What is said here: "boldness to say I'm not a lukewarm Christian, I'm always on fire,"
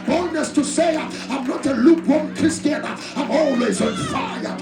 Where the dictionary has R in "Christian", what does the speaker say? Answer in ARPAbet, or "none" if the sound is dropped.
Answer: none